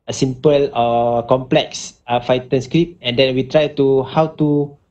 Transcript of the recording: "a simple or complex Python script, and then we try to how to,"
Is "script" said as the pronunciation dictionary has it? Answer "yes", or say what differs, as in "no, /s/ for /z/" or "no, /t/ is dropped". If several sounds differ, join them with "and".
no, /t/ is dropped